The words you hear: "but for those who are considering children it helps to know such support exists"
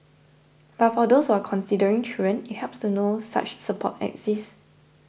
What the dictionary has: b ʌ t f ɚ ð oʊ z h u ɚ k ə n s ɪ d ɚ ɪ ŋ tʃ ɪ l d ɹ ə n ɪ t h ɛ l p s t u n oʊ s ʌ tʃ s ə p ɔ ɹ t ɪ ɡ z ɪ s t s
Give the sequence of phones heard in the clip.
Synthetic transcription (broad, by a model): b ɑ t f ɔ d oʊ s h u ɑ k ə n s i d ɚ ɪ ŋ tʃ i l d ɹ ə n ɪ t h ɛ p s t u n oʊ s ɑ tʃ s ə p ɔ t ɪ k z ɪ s s